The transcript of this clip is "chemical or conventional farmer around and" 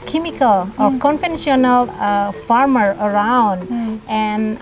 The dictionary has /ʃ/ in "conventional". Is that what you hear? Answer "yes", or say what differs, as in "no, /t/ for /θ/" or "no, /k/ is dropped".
no, /s/ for /ʃ/